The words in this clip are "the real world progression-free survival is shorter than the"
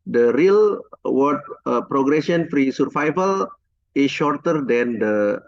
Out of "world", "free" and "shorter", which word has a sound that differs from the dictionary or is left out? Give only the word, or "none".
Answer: world